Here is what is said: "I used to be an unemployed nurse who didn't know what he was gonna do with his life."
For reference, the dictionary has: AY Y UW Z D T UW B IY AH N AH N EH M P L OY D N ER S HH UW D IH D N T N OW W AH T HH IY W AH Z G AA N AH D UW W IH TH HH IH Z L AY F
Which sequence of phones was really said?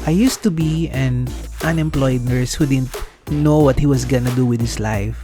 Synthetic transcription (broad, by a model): AY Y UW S T UW B IY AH N AH N EH M P L OY D N ER S HH UW D IH D N T N OW W AH T HH IY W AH S G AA N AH D UW W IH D HH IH S L AY F